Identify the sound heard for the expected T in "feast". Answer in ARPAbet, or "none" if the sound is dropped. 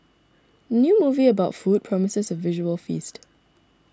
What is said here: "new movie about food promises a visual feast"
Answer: T